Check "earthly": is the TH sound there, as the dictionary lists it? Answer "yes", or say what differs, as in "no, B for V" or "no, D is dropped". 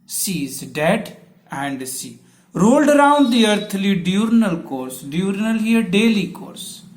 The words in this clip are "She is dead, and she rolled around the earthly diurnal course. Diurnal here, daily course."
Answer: no, T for TH